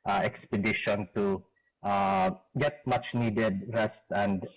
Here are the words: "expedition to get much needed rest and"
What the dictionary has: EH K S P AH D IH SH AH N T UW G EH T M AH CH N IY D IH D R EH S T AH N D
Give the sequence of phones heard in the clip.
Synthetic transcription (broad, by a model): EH K S P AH D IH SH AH N T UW G EH T M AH CH N IY D IH D R EH S T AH N D